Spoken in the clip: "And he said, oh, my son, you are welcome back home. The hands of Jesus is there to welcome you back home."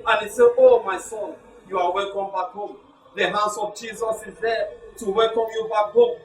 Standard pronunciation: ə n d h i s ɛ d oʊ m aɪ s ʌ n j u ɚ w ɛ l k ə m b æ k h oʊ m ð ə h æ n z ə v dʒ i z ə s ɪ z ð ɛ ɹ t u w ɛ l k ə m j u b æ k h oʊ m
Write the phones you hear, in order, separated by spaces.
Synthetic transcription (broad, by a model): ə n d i s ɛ oʊ m aɪ s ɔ n j u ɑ w ɛ l k ə m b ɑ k h oʊ m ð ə h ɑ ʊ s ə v dʒ i z ə s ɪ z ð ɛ t u w ɛ l k ə m j u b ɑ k h oʊ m